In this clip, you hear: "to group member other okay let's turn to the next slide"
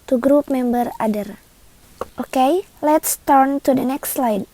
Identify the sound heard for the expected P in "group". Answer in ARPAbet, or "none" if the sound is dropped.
P